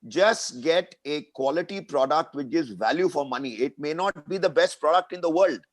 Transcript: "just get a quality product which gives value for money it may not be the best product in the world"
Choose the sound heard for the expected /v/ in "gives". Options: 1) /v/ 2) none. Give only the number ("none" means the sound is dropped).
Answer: 2